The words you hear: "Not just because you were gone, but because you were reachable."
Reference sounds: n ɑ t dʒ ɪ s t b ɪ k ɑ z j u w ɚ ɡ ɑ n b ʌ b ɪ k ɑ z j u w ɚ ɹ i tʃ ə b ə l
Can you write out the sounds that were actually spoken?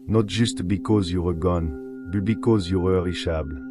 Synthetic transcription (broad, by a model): n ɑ t ʒ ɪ s t b ɪ k ɑ z j u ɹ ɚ ɡ ɑ n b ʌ b ɪ k ɑ z j u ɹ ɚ ɹ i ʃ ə b l